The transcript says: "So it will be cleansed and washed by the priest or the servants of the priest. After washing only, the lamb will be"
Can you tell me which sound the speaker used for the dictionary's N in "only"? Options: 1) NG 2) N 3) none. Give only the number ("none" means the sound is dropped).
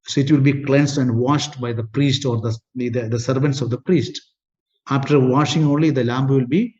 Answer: 2